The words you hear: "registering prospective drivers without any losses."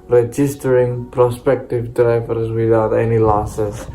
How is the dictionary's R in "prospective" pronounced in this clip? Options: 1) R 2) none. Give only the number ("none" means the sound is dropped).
1